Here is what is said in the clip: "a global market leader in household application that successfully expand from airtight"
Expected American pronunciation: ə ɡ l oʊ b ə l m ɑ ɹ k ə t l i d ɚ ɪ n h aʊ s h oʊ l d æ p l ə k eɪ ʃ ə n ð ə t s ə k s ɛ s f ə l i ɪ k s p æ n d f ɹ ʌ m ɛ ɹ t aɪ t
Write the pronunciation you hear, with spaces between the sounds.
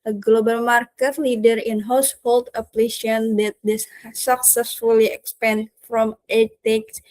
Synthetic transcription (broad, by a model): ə ɡ l oʊ b ə l m ɑ ɹ k ə t l i d ɚ ɪ n h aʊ s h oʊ l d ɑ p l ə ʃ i ə n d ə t s ə k s ɛ s f ə l i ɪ k s p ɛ n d f ɹ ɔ m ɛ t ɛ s